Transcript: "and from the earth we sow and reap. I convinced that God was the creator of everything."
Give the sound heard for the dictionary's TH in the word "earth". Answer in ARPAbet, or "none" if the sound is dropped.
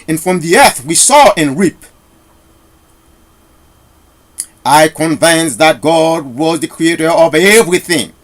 TH